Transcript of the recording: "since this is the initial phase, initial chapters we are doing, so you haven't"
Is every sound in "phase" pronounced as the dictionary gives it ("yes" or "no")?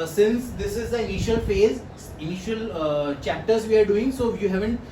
yes